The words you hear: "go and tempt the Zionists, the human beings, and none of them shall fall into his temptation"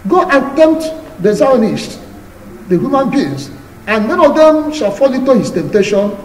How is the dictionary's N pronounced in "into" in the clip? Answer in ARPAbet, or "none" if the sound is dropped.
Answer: none